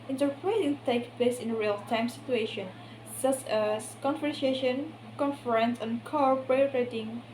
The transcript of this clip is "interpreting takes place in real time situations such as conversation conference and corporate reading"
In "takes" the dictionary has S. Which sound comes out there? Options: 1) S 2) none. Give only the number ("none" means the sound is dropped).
2